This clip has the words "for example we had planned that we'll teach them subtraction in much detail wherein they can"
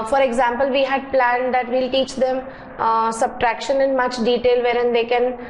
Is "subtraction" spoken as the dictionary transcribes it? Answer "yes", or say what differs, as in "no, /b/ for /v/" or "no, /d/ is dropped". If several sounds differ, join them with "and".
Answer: yes